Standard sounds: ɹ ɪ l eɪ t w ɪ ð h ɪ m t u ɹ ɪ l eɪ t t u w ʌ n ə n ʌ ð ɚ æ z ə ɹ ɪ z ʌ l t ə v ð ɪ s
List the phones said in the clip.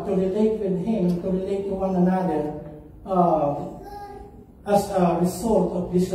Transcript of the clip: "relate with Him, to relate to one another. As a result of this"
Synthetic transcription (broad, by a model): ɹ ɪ l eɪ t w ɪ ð h ɪ m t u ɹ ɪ l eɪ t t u w ʌ n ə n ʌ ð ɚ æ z ə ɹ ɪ s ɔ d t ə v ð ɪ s